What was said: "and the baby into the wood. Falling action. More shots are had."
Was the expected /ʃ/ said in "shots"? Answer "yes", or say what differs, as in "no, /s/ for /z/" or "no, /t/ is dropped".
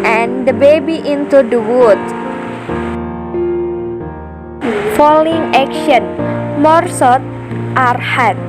no, /s/ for /ʃ/